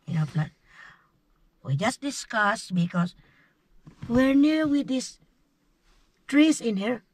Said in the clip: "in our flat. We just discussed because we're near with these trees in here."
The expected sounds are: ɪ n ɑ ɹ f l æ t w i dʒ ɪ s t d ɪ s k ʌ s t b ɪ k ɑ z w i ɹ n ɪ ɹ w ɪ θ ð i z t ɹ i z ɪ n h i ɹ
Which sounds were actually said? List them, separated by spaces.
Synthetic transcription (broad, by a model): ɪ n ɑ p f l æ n w i dʒ ɪ s t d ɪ s k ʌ s b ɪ k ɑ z w i ɹ n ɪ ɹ w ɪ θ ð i s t ɹ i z ɪ n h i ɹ